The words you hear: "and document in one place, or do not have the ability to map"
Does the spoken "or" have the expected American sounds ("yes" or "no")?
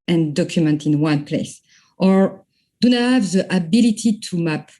yes